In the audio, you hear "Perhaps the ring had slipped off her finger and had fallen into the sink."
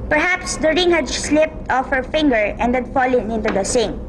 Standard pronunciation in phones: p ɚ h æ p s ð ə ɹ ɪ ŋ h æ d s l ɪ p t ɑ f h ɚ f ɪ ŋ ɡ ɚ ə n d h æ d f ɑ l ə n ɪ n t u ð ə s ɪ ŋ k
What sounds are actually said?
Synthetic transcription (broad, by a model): p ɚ h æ p s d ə ɹ ɪ ŋ h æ d s l ɪ p t ɑ f h ɚ f ɪ ŋ ɡ ɚ ə n d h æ d f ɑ l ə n ɪ n t u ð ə s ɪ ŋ